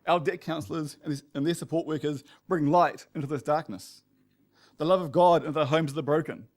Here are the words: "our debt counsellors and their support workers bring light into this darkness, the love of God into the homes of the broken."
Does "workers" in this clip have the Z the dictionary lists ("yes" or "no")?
yes